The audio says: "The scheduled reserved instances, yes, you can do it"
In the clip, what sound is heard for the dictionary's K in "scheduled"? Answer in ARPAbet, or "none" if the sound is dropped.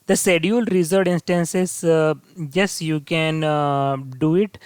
none